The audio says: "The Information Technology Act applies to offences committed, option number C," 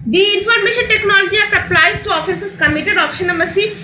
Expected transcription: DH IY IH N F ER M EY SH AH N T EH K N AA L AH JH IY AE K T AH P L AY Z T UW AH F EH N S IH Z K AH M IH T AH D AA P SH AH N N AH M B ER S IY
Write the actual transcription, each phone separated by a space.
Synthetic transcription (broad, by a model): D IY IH N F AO M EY SH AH N T EH K N AA L AH JH IY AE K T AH P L AY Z T UW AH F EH N S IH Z K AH M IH T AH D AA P SH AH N N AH M ER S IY